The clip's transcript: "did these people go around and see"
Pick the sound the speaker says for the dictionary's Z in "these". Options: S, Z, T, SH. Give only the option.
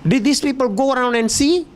S